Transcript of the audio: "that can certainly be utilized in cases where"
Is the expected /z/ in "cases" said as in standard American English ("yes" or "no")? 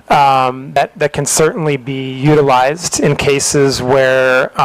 yes